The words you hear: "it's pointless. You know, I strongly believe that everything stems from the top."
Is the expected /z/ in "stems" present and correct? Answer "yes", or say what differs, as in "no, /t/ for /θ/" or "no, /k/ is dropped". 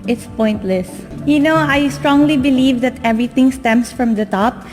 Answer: no, /s/ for /z/